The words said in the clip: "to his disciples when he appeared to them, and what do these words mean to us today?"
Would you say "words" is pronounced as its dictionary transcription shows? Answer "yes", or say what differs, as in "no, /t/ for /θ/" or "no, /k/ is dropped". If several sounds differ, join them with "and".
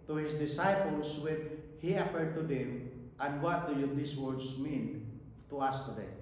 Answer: no, /s/ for /z/